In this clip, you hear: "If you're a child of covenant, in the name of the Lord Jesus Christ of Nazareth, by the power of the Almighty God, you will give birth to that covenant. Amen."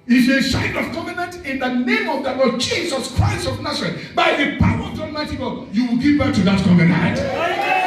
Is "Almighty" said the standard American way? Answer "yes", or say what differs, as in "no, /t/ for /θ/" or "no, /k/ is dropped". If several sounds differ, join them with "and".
no, /l/ is dropped